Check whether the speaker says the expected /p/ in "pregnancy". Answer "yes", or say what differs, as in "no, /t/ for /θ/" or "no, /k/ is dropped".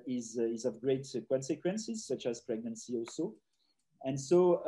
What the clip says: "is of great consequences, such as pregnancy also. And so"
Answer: yes